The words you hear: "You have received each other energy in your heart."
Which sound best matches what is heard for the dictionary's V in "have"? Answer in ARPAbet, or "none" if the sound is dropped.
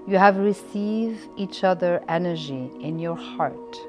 V